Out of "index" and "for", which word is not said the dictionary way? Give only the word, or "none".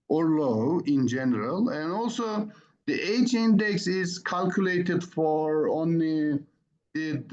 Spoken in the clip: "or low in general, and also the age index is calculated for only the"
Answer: none